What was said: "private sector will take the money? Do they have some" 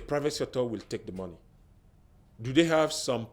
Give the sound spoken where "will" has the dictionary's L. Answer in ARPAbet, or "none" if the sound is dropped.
L